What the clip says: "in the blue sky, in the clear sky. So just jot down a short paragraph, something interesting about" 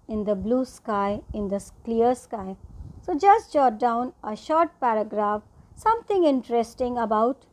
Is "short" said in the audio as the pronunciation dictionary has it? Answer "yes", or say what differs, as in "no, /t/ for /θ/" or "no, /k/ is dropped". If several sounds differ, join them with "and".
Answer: yes